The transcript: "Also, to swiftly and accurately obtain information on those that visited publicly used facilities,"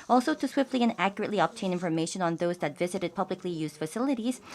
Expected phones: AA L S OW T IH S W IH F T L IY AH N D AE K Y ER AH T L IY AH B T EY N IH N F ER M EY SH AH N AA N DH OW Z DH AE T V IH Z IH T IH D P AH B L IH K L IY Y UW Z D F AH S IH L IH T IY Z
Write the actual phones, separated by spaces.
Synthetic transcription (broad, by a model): AA L S OW T IH S W IH F T L IY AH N AE K Y ER AH T L IY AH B T EY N IH N F ER M EY SH AH N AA N DH OW Z DH AE T V IH Z IH T IH D P AH B L IH K L IY Y UW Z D F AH S IH L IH T IY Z